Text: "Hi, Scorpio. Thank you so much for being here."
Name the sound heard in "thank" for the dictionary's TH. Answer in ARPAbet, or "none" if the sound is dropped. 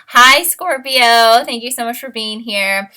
TH